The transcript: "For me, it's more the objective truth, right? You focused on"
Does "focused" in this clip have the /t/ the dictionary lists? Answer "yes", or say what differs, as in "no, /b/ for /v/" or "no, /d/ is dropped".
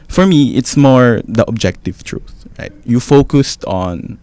yes